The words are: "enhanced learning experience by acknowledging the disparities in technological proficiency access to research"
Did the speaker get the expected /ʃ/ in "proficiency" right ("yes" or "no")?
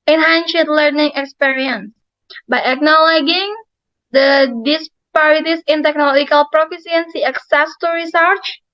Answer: no